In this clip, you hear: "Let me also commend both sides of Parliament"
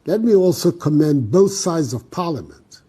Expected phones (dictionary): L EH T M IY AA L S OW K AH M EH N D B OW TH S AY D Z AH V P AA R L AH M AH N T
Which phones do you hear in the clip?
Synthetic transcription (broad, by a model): L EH T M IY AA L S OW K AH M EH N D B OW TH S AY D Z AH V P AA R L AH M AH N T